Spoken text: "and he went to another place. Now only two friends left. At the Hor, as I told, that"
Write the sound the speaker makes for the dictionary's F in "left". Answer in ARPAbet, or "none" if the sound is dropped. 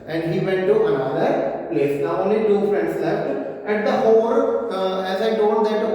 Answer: none